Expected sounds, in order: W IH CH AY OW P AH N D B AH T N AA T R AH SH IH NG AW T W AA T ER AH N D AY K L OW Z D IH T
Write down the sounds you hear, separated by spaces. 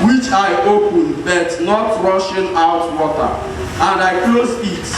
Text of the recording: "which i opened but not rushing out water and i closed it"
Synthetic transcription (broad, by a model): W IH CH AY OW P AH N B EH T N AA T R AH SH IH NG AW T W AA T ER AH N D AY K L OW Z IH T